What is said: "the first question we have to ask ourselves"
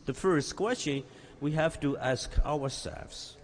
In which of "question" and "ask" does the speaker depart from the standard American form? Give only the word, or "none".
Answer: none